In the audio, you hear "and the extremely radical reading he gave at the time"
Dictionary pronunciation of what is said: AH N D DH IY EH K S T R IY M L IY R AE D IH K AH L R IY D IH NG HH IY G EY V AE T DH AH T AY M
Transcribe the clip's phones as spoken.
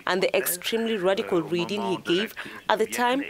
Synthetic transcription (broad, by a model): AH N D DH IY EH K S T R IY M L IY R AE D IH K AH L R IY D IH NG HH IY G EY V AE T DH AH T AY M